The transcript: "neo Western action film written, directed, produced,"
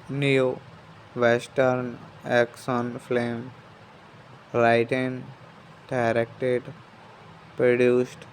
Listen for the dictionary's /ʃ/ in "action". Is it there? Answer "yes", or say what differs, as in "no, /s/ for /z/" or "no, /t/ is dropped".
no, /s/ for /ʃ/